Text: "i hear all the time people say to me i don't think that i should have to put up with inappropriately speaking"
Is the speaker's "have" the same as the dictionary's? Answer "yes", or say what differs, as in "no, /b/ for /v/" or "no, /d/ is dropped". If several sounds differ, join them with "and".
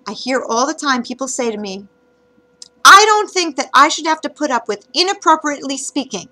no, /f/ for /v/